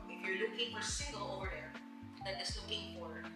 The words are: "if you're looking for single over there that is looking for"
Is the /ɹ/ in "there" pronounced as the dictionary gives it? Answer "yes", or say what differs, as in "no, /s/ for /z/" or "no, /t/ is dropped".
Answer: yes